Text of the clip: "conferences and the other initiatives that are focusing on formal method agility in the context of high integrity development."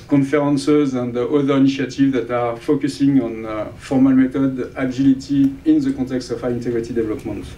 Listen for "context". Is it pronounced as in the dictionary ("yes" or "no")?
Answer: no